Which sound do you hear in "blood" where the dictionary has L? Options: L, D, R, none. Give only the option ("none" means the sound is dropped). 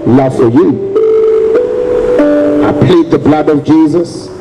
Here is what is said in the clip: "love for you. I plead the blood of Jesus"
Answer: L